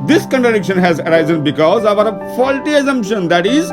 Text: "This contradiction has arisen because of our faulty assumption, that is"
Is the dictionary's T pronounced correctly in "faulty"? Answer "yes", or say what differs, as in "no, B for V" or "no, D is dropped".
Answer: yes